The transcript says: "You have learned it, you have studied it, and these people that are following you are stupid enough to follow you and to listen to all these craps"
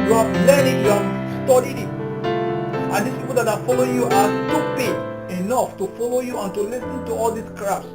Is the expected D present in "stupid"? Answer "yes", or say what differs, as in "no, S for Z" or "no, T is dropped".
no, D is dropped